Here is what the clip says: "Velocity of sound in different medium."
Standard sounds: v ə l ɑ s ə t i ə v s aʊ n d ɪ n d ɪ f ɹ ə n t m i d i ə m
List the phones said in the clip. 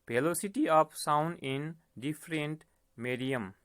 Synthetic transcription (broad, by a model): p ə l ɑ s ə t i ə p s aʊ n d ɪ n d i p ɹ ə n t m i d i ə m